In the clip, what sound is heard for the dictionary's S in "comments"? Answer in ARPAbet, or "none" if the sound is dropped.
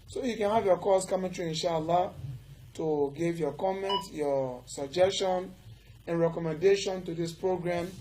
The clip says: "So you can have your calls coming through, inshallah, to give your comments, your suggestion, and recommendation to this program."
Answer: none